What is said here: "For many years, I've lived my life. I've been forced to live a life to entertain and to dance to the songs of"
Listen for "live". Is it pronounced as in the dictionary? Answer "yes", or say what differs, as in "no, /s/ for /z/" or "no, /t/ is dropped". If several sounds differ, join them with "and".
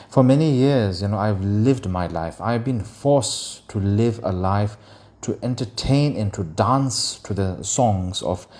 yes